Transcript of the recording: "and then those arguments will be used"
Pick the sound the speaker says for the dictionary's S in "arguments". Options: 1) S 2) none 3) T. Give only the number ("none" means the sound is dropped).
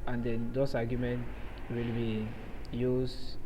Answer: 2